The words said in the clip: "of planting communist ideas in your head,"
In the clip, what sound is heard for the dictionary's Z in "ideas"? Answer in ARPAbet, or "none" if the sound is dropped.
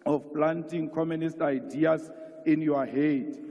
S